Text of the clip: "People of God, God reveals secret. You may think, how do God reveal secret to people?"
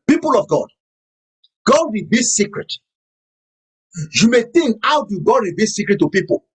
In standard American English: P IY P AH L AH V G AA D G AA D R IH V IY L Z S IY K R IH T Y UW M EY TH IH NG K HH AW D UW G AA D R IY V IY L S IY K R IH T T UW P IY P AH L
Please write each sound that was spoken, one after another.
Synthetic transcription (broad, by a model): P IY P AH L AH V G AA D G AA D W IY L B S IY K R IH T Y UW M EY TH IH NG K HH AW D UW G AA D W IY B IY S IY K R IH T T UW P IY P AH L